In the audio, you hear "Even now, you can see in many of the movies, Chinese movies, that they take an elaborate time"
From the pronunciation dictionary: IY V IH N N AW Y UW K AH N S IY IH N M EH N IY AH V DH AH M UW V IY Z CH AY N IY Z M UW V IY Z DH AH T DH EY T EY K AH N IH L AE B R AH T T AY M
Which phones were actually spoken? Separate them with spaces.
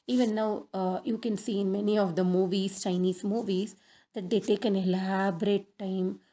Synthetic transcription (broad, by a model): IY V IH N N AW Y UW K AH N S IY IH N M EH N IY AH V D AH M UW V IY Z CH AY N IY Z M UW V IY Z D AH T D EY T EY K AH N IH L AE B R AH T T AY M